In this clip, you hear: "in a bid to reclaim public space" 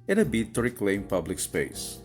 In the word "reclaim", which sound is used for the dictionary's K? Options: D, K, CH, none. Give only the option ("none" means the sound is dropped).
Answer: K